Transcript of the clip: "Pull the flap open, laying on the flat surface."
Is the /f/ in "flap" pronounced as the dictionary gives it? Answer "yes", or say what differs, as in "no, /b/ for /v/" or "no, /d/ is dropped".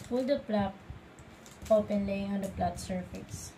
no, /p/ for /f/